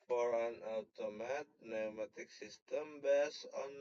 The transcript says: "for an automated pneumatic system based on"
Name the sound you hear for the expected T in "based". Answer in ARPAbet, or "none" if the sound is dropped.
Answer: none